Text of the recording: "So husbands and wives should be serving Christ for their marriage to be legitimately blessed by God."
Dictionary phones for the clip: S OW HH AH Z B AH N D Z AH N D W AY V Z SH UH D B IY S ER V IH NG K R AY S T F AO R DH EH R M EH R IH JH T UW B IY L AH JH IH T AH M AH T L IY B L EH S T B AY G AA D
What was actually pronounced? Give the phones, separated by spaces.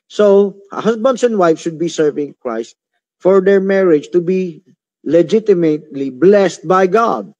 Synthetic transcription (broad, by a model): S OW HH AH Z B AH N D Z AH N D W AY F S SH UH D B IY S ER V IH NG K R AY S T F AO R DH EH R M EH R IH JH T UW B IY L AH JH IH T AH M AH T L IY B L EH S T B AY G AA D